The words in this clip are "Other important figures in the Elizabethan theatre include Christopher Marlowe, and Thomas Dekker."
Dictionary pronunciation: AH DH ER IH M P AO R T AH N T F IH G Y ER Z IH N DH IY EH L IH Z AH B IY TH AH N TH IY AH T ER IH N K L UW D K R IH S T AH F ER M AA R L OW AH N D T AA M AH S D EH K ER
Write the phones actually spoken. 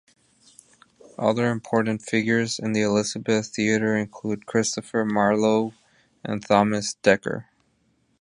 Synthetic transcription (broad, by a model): AH DH ER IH M P AO R T N T F IH G Y ER Z IH N DH IY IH L IH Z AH B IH TH TH IY AH T ER IH N K L UW D K R IH S T AH F ER M AA R L OW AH N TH AA M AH S D EH K ER